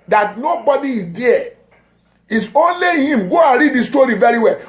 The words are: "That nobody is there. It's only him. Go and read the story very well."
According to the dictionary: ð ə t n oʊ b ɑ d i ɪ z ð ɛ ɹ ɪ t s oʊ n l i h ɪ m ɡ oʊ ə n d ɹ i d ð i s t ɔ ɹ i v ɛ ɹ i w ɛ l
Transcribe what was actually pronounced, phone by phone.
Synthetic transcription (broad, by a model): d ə t n oʊ b ɑ d i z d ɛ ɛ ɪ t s oʊ n l i h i m ɡ oʊ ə n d ɹ i d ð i s t ɔ ɹ i v ɛ ɹ i w ɛ l